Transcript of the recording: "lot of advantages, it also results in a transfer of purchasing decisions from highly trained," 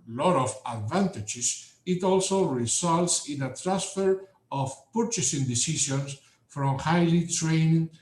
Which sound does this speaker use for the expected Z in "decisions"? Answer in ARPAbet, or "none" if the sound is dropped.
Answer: S